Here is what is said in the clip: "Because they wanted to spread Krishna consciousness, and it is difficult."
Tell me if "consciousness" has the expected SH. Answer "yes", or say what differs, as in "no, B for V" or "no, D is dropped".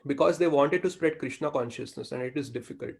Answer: yes